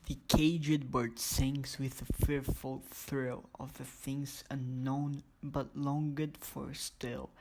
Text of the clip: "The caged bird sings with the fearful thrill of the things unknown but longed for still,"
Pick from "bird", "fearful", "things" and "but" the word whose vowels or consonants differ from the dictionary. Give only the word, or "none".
none